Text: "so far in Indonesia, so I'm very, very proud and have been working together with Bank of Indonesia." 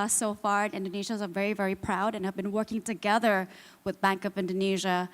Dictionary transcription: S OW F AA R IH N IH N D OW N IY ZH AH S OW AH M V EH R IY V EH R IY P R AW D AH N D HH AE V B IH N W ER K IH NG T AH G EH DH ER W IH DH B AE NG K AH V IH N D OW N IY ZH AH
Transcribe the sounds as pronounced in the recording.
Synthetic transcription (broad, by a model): S OW F AA R IH N IH N D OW N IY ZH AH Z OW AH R V EH R IY V EH R IY P R AW D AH N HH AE V B IH N W ER K IH NG T AH G EH DH ER W IH DH B AE NG K AH V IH N D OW N IY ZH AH